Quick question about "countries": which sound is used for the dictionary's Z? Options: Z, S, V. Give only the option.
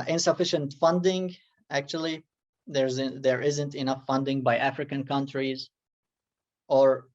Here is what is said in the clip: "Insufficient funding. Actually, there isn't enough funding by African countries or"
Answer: Z